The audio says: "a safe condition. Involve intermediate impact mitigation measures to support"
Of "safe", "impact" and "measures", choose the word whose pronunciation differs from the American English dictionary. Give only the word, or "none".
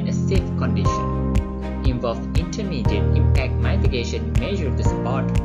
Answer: measures